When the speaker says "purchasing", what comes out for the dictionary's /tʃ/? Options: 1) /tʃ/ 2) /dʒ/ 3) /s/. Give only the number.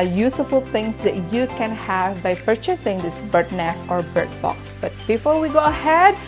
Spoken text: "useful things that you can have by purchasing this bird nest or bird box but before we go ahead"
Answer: 1